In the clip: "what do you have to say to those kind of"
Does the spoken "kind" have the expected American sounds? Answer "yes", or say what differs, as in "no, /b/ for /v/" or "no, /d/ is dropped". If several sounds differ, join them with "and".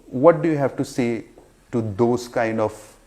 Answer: yes